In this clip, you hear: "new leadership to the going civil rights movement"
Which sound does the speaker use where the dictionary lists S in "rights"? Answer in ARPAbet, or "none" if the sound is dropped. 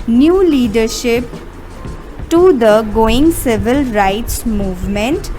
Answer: S